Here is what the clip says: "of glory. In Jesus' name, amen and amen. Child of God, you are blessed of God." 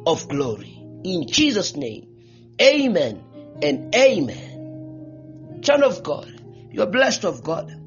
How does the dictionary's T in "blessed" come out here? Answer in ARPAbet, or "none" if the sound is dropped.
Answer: T